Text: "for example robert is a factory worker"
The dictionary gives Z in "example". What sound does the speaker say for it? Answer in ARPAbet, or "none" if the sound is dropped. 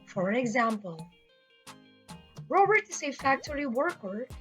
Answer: Z